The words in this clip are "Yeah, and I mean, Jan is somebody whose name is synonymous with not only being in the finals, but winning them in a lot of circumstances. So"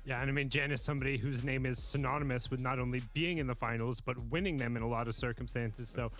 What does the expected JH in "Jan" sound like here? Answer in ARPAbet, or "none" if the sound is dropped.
JH